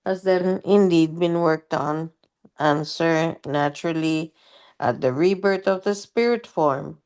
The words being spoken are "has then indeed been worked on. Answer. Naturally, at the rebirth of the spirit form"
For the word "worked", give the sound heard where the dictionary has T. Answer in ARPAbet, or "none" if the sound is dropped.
T